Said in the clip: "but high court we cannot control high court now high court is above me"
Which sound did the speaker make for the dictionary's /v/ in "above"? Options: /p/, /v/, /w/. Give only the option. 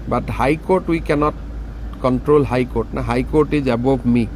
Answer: /p/